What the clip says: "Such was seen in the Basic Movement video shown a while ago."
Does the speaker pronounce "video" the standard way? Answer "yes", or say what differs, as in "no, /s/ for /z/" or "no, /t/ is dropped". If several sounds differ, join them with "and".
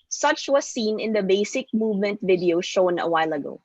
yes